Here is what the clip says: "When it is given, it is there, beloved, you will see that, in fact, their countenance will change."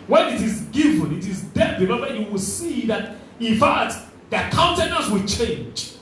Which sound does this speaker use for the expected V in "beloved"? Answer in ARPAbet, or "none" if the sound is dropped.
W